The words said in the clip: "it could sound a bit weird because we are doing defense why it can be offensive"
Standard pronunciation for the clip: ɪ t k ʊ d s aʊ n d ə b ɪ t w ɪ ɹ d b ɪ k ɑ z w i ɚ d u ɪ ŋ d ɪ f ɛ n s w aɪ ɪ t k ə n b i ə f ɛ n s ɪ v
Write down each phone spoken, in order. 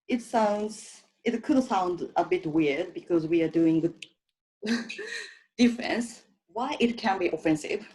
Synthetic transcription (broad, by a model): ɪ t k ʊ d s aʊ n d ə b ɪ t w ɪ ɹ d b ɪ k ɑ z w i ɚ d u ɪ ŋ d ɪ f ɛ n s w aɪ ɪ t k ə n b i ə f ɛ n s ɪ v